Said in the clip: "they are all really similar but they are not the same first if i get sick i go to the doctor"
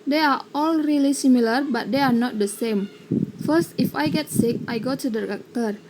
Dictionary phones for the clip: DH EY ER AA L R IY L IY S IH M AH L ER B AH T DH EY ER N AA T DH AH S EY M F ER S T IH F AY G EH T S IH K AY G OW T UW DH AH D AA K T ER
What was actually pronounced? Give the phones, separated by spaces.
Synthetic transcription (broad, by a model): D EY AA AA L R IY L IY S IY M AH L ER B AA T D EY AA N AA T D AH S EY M F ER S T IH F AY G EH T S IH K AY G OW T UW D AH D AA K T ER